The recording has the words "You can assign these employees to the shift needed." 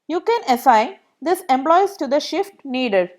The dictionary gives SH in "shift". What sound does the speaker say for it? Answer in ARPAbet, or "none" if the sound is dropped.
SH